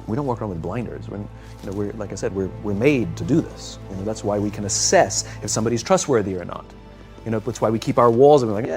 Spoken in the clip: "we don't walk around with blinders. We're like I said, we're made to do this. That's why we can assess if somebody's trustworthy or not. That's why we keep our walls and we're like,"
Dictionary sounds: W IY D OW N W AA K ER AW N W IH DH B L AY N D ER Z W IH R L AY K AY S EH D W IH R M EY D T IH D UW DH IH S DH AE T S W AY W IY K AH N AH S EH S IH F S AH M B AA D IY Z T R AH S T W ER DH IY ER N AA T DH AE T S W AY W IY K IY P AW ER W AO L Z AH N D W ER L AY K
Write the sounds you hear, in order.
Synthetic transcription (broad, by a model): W IY D OW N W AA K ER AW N W IH DH B L AY N D ER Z W IH R L AY K AY S EH D W IH R M EY D T IH D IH DH IH S DH AE T S W AY W IY K AH N AH S EH S IH F S AH M B AA D IY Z T R AH S T W ER DH IY ER N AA T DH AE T S W AY W IY K IY P AW ER W AO L Z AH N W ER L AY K